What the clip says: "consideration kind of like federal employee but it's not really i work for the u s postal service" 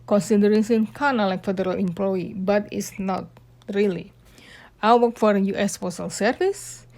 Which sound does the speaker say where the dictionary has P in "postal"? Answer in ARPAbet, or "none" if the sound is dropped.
F